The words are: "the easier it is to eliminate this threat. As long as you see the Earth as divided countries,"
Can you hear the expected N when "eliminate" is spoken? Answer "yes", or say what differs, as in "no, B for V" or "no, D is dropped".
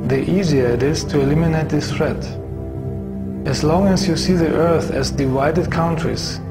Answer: yes